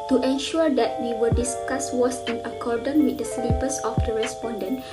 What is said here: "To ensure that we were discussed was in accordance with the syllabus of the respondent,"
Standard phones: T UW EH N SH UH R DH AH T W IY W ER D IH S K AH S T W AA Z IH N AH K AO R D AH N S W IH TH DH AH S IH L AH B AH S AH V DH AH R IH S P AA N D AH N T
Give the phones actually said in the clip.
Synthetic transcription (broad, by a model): T UW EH N SH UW R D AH T W IY W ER D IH S K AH S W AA S IH N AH K AO R D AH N W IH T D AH S L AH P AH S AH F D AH R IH S P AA N D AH N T